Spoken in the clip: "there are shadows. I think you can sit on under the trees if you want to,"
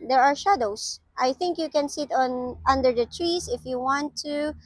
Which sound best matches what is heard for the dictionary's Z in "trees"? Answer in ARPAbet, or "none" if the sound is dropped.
S